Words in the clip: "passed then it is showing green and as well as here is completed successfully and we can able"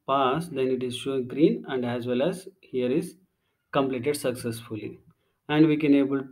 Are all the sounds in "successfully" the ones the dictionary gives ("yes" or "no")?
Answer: yes